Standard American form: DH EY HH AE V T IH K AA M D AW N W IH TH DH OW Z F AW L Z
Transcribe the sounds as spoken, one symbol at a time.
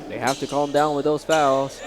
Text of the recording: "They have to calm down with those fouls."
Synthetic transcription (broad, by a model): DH EY HH AE F T IH K AA M D AW N W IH DH OW Z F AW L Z